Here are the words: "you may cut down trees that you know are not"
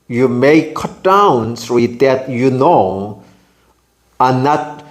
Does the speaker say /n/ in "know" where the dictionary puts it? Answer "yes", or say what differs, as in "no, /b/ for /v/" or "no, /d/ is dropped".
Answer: yes